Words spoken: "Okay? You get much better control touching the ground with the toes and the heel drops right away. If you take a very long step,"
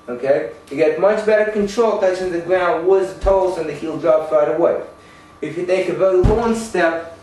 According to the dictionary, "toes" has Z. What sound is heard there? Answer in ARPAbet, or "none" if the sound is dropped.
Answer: none